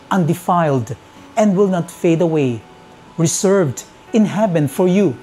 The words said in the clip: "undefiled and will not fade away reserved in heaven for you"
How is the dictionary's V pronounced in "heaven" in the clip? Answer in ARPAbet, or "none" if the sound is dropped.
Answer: B